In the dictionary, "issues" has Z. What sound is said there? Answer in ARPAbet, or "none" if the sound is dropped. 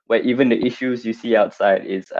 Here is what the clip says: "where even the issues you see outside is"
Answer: Z